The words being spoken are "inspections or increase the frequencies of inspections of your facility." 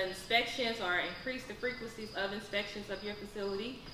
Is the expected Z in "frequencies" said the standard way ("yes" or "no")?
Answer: yes